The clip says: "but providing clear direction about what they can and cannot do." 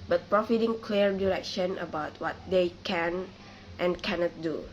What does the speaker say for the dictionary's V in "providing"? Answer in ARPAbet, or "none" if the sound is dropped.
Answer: F